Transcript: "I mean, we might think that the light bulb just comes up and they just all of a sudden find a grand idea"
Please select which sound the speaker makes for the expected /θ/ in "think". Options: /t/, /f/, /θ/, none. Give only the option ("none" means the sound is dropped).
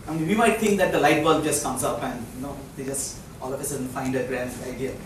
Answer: /t/